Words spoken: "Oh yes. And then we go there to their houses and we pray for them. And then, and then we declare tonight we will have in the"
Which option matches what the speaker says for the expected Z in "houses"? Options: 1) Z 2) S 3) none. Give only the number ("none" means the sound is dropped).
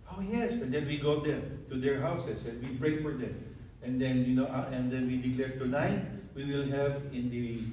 2